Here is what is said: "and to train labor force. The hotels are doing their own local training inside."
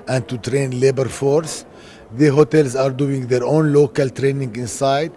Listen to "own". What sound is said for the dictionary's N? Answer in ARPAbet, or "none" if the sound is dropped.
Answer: N